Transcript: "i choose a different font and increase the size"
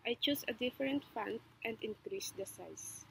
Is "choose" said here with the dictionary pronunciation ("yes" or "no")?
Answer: no